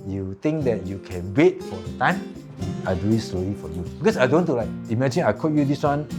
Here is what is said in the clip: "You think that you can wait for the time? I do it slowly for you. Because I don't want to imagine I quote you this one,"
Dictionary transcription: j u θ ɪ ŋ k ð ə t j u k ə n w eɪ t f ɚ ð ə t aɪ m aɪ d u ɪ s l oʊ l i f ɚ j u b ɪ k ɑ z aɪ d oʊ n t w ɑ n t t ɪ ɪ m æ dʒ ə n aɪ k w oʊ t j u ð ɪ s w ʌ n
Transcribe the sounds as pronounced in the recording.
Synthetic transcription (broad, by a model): j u t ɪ ŋ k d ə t j u k ə n w eɪ t f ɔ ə t aɪ m aɪ d u ɪ s l oʊ l i f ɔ j u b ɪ k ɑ s aɪ d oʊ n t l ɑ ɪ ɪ m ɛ dʒ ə n aɪ k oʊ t j u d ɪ s w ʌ n